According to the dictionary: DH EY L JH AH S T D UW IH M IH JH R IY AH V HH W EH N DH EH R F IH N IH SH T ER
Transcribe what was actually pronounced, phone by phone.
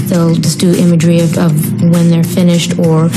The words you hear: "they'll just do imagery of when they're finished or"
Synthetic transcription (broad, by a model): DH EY L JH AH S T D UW IH M IH JH R IY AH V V W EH N DH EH R F IH N IH SH T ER